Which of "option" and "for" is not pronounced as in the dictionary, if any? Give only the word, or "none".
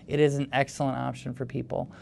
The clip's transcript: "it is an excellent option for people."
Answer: none